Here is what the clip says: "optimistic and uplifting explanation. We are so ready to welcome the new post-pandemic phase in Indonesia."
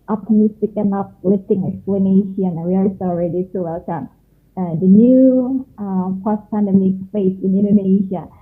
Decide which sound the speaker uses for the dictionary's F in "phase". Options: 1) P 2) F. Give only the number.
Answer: 1